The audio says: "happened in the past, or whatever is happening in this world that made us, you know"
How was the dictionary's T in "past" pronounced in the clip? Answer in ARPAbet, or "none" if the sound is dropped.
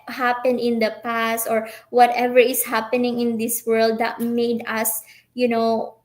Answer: T